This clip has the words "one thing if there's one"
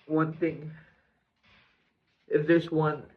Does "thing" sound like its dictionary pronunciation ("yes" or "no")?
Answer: yes